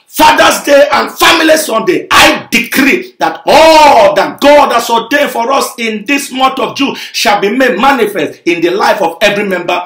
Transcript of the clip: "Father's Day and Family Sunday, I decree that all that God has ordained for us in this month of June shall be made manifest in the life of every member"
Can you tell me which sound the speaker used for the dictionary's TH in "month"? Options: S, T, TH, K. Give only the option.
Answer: T